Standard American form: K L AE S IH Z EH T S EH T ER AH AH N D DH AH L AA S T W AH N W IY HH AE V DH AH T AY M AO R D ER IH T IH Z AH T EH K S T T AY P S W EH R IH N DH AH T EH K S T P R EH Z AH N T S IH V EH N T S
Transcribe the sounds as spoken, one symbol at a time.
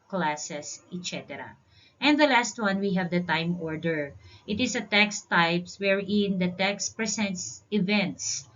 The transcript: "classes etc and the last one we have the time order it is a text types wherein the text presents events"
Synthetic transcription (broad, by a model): K L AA S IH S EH T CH EH T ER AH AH N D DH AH L AA S T W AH N W IY HH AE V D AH T AY M AO R D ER IH T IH S AH T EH K S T T AY P S W EH R IH N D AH T EH K S T P R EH S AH N T S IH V EH N T S